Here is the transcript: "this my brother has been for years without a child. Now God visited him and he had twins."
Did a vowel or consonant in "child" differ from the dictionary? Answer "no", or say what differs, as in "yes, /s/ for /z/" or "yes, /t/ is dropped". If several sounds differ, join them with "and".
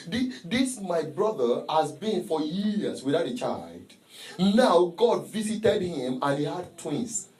no